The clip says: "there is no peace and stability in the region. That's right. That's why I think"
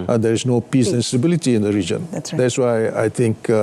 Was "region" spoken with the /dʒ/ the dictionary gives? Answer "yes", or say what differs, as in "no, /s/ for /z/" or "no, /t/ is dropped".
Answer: yes